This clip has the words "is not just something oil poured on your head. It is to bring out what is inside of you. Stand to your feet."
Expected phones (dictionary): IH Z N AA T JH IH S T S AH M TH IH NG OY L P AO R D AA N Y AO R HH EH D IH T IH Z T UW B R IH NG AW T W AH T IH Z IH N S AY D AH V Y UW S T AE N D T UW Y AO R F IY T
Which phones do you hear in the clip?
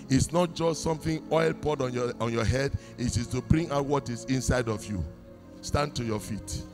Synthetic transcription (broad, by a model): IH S N AA T JH IH S T S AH M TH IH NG OY L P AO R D AA N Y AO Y HH EH D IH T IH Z T UW B R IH NG AW T W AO T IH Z IH N S AY D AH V Y UW S T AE N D T UW Y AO F IY T